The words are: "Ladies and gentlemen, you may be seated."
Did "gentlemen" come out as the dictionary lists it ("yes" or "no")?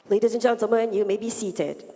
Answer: no